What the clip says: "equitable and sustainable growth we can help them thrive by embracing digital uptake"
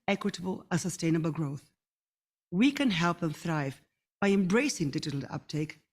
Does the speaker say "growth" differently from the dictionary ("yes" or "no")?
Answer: no